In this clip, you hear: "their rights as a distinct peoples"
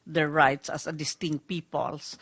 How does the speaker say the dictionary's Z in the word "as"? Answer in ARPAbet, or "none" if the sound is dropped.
S